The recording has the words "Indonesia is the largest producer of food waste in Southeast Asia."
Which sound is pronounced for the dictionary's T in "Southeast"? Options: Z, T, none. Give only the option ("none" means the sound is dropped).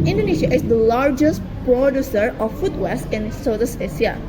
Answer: none